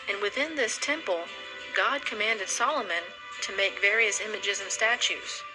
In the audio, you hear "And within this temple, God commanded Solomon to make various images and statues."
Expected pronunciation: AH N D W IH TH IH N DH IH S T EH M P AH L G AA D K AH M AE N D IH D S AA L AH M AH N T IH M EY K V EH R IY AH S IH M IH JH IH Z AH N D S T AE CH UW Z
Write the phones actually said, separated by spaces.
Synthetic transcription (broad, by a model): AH N W IH TH IH N DH IH S T EH M P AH L G AA D K AH M AE N D IH D S AA L AH M AH N T IH M EY K V EH R IY AH S IH M IH JH IH Z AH N S T AE CH UW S